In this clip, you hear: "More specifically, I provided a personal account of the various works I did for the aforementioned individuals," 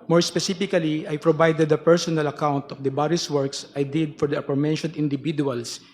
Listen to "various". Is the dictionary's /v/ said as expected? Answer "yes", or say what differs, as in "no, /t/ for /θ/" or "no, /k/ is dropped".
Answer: no, /b/ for /v/